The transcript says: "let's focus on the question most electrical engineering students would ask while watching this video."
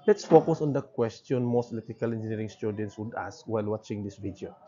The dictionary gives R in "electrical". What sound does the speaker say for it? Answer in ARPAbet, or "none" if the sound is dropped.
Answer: none